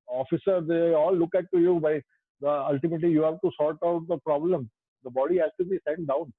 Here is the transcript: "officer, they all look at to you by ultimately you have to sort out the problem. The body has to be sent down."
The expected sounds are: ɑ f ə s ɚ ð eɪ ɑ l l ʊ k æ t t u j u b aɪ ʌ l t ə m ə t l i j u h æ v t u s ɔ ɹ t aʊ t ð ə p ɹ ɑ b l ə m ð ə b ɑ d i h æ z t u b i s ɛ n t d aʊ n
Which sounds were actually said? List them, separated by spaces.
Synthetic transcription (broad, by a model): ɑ f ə s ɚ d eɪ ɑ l l ʊ k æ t t u j u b aɪ ʌ l t ə m ə t l i j u h æ v t u s ɔ l t aʊ t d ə p ɹ ɑ b l ə m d ə b ɑ d i h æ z t u b i s ɛ n t d aʊ n